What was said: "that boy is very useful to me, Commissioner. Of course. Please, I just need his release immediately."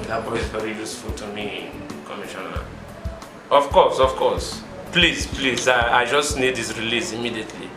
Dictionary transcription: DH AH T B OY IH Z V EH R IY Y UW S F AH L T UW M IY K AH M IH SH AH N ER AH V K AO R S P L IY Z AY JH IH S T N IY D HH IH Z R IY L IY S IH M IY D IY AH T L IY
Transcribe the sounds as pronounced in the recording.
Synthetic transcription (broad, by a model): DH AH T B OY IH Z V EH R IY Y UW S F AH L T UW M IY K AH M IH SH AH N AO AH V K AO L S P L IY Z AY JH IH S T N IY D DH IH S R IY L IY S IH M IY D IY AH T L IY